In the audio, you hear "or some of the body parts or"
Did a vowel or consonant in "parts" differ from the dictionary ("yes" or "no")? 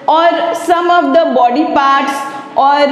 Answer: no